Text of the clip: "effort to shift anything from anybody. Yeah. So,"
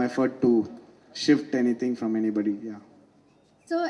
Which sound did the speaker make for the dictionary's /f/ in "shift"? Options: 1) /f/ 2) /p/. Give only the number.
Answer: 1